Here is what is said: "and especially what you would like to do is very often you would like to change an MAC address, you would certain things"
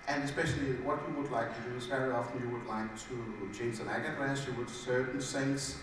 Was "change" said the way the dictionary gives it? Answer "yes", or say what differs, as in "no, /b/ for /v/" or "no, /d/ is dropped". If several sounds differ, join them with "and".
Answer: no, /z/ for /dʒ/